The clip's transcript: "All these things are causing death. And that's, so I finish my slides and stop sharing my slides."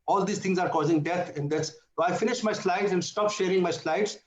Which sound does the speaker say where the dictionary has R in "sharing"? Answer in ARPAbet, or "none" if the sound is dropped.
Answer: R